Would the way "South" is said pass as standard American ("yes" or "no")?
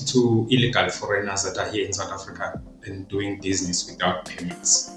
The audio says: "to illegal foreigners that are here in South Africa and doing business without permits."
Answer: no